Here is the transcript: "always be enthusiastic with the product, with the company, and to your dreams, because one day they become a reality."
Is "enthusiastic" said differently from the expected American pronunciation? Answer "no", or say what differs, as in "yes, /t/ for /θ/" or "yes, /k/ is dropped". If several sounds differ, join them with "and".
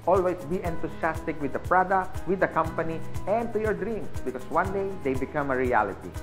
yes, /t/ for /θ/ and /s/ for /z/